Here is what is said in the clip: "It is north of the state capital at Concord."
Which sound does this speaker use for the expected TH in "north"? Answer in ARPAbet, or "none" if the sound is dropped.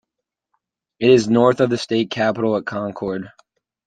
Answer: TH